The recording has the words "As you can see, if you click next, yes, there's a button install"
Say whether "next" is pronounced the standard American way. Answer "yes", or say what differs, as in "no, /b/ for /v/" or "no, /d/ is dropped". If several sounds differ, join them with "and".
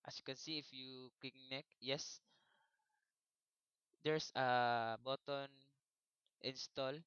no, /s/ is dropped